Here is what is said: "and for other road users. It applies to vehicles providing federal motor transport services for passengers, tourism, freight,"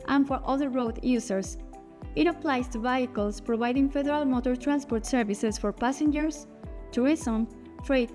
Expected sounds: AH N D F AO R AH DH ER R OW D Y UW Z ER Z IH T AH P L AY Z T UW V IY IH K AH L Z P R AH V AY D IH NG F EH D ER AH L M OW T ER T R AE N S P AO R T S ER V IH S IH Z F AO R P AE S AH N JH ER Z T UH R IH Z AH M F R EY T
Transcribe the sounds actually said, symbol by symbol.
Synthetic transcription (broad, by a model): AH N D F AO R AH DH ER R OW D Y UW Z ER S IH T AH P L AY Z T UW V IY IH K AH L S P R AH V AY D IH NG F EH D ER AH L M OW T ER T R AE N S P AO R T S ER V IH S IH S F AO R P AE S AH N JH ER S T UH R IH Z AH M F R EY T